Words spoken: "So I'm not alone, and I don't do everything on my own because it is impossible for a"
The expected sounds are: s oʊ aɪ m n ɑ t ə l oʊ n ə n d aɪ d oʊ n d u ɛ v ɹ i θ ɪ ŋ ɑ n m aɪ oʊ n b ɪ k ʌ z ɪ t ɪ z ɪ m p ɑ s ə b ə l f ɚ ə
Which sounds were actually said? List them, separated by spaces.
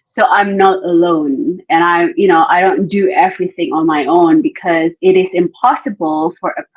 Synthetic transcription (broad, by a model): s oʊ aɪ m n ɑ t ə l oʊ n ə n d aɪ d oʊ n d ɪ ɛ v ɹ i θ ɪ ŋ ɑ n m aɪ oʊ n b ɪ k ʌ z ɪ t ɪ z ɪ m p ɑ s ə b ə l f ɚ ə